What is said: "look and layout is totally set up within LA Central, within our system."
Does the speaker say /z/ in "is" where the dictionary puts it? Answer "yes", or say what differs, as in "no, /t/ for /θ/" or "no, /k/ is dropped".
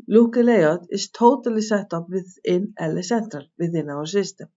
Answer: no, /s/ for /z/